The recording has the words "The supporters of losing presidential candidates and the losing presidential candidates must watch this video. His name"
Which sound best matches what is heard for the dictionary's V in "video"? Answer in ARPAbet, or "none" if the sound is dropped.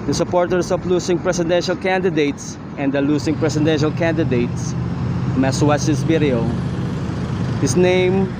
B